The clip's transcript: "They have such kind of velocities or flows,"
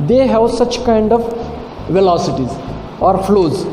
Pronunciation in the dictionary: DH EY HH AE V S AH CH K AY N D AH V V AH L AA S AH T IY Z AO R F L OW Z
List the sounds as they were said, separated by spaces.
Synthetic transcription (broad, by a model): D EY HH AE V S AH CH K AY N D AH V V AH L AA S AH T IY Z AO R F L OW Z